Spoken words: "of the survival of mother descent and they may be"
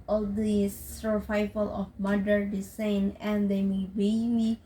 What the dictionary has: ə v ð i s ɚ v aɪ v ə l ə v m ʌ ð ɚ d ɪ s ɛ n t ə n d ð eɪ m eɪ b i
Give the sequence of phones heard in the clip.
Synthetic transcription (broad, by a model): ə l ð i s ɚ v aɪ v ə l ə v m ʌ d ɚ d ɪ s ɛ n ə n d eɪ m eɪ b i